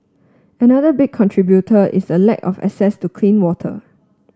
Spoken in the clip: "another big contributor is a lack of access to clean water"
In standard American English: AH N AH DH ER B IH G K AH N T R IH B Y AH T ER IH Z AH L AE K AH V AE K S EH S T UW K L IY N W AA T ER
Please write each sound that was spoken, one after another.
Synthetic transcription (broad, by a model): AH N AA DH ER B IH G K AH N T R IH B Y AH T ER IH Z AH L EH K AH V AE S EH S T UW K L IY N W AA T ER